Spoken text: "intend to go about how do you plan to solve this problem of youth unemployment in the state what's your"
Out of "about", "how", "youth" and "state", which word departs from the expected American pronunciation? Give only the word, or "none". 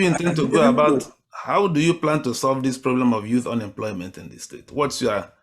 none